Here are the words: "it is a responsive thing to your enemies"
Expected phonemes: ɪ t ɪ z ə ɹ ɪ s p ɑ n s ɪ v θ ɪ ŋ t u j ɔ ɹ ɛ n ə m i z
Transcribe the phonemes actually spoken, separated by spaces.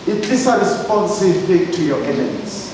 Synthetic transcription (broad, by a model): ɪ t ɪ s ə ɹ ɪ s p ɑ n s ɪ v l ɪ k t u j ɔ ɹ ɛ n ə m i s